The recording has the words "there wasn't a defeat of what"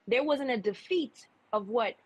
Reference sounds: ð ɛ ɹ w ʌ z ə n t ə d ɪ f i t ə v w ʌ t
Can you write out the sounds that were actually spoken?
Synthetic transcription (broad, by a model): ð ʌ ɹ w ʌ z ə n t ə d ɪ f i t ə v w ʌ t